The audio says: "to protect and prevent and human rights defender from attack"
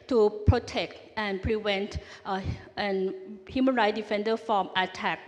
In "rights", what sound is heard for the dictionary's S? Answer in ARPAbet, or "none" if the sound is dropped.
none